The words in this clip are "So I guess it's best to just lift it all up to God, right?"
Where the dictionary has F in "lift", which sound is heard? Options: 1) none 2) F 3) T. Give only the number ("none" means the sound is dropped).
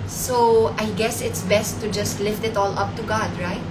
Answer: 2